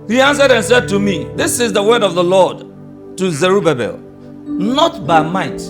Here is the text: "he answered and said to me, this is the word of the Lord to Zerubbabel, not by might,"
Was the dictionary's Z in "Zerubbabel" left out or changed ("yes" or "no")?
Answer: no